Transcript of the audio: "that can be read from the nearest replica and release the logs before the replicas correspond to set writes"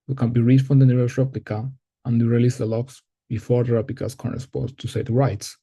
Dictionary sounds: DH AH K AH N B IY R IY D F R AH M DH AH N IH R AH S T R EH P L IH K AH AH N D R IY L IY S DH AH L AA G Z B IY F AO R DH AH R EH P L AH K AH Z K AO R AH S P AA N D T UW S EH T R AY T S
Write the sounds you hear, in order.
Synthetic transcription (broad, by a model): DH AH K AH N B IY R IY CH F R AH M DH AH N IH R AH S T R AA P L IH K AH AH N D R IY L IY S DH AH L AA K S B IY F AO R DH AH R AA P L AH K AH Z K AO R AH S P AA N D T UW S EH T R AY T S